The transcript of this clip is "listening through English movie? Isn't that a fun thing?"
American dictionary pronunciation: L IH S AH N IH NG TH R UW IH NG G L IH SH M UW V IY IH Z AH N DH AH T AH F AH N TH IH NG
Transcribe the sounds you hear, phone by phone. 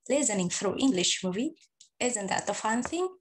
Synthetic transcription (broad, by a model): L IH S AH N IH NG F R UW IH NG G L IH SH M UW V IY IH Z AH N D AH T AH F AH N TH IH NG